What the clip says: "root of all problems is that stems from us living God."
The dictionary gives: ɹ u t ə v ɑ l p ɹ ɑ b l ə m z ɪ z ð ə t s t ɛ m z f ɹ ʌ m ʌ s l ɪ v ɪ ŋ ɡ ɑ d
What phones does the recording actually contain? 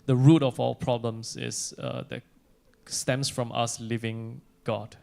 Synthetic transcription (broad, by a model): ɹ u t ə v ɑ l p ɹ ɑ b l ə m s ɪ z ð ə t s t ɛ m s f ɹ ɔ m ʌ s l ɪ v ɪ ŋ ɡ ɑ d